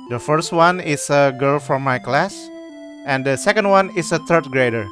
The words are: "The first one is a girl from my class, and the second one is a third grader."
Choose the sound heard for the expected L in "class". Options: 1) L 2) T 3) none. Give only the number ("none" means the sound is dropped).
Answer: 1